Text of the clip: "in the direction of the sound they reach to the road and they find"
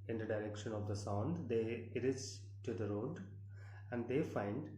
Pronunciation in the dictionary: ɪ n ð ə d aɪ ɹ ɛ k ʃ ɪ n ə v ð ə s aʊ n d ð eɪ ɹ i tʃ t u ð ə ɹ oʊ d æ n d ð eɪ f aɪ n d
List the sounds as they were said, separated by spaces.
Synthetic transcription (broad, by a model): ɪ n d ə d aɪ ɹ ɛ k ʃ ɪ n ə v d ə s aʊ n d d eɪ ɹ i s t u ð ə ɹ oʊ d æ n d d eɪ f aɪ n d